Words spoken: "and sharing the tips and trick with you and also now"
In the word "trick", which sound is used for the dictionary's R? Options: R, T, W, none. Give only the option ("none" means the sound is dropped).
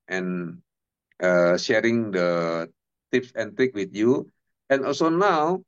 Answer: R